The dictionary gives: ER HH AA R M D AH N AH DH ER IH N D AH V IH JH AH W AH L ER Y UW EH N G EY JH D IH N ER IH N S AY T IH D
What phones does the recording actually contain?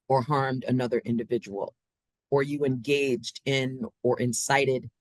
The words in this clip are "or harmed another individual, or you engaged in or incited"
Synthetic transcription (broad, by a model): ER HH AA R M D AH N AH DH ER IH N D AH V IH JH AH W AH L ER Y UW EH N G EY JH D IH N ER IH N S AY T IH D